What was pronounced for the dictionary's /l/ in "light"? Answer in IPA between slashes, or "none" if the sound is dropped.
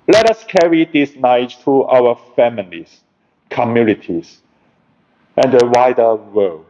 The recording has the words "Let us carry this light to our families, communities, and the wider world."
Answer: /n/